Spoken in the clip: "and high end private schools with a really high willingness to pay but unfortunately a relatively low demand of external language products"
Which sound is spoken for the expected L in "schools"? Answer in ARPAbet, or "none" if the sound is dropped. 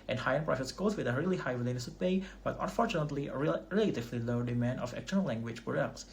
none